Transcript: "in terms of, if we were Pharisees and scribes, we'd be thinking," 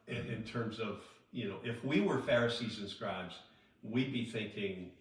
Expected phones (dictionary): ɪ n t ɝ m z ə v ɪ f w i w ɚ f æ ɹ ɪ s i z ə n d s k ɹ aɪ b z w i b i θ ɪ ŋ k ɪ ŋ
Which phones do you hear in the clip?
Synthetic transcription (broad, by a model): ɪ n t ɝ m z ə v ɪ f w i w ɚ f æ ɹ ɪ s i z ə n s k ɹ aɪ b z w i b i θ ɪ ŋ k ɪ ŋ